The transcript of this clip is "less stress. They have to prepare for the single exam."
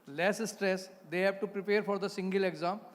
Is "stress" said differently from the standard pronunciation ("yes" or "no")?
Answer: no